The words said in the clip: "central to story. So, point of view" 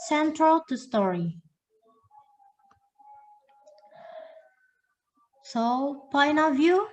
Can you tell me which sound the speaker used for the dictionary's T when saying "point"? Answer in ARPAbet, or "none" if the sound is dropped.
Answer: none